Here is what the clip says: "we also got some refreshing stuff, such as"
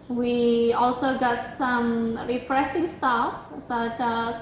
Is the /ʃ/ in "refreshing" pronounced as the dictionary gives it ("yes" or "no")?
no